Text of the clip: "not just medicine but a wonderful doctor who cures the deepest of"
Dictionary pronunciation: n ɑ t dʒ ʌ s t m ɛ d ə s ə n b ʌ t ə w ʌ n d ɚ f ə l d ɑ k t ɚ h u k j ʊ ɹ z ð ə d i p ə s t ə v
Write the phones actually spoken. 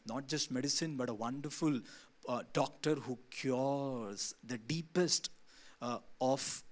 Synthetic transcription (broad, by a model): n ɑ t dʒ ʌ s t m ɛ d ə s ə n b ʌ t ə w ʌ n d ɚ f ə l d ɑ k t ɚ h u k j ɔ ɹ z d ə d i p ə s t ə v